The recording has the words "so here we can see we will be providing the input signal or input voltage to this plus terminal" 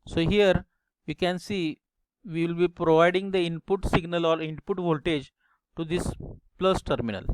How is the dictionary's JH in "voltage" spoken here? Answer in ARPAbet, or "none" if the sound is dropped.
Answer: JH